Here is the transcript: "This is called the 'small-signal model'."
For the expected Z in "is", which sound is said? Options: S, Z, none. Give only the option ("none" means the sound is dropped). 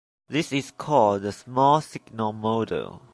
S